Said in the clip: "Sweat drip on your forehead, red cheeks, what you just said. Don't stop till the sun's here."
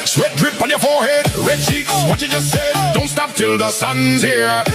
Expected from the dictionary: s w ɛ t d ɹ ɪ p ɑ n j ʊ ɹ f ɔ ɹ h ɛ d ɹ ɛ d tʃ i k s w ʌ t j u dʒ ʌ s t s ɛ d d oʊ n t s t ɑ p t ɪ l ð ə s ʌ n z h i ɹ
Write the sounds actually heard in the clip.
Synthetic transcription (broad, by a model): s w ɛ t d ɹ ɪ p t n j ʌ ɹ f ɔ ɹ h ɛ d ɹ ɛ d tʃ i k s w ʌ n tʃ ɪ dʒ ʌ s t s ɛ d d oʊ n t s t ɑ p t ɪ l ð ə s ʌ n z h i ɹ